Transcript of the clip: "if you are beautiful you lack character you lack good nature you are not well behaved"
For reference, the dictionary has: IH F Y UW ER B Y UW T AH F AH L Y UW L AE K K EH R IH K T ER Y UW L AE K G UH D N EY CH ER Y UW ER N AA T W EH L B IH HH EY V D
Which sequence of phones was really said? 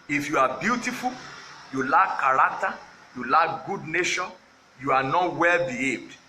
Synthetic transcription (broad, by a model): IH F Y UW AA B Y UW T AH F AH L Y UW L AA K K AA R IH K T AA Y UW L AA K G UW D N EY SH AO Y UW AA N AA T W EH L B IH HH EY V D